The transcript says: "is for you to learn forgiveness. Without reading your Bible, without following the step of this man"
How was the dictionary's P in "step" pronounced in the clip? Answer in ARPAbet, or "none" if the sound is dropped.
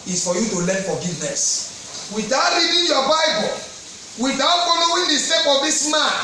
F